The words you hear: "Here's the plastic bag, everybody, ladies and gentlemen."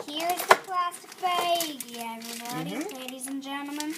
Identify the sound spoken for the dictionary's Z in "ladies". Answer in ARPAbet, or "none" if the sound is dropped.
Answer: Z